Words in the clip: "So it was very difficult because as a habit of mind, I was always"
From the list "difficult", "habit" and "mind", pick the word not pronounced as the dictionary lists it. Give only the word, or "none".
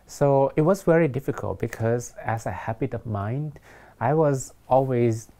none